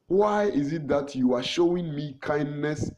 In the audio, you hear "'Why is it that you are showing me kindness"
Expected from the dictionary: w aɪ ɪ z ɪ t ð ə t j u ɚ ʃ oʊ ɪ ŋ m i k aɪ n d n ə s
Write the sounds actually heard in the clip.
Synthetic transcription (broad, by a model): w aɪ ɪ z ɪ t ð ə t j u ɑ ʃ oʊ ɪ ŋ m i k aɪ n d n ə s